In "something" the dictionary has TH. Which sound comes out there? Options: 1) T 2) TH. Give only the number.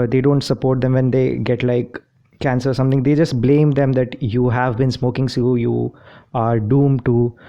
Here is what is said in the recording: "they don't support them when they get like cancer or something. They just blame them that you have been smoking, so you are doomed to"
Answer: 1